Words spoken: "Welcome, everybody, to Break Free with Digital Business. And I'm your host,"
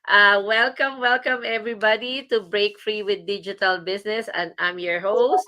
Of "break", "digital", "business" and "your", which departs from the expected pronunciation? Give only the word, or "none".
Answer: business